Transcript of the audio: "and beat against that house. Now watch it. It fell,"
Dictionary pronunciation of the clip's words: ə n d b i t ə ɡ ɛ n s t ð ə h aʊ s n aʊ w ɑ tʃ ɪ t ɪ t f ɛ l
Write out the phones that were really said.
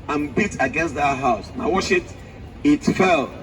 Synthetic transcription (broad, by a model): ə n b i t ə ɡ ɛ n s t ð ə h aʊ s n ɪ w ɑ ʃ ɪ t ɪ t f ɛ l